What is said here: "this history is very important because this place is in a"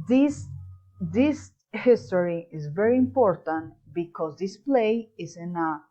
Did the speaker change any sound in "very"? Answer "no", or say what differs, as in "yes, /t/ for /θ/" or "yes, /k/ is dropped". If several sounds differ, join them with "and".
no